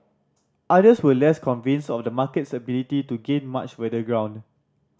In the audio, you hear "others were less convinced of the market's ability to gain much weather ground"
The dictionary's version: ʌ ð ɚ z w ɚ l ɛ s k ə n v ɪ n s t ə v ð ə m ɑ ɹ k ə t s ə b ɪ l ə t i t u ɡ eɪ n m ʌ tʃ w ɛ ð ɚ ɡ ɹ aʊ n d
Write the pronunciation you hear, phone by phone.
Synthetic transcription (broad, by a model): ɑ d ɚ s w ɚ l ɛ s k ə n v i n s ə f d ə m ɑ k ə t s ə b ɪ l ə t i t u ɡ eɪ n m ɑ tʃ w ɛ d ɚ ɡ ɹ aʊ n d